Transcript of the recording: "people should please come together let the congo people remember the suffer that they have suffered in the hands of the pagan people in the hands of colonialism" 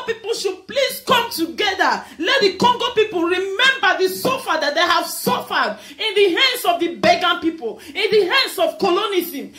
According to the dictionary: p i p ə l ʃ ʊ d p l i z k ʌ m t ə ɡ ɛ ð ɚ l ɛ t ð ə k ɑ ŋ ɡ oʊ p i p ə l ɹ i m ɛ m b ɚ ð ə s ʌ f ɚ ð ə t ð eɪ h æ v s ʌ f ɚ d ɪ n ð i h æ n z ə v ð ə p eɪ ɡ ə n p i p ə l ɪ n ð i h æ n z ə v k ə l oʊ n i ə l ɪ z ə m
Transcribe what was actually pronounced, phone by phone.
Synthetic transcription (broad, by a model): p i p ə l ʃ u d p l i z k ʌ m t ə ɡ ɛ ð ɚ l ɛ t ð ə k ɑ ŋ ɡ oʊ p i p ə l ɹ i m ɛ m b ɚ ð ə s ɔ f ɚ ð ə t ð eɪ h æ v s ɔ f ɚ d ɪ n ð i h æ n s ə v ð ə b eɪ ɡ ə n p i p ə l ɪ n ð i h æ n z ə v k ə l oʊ n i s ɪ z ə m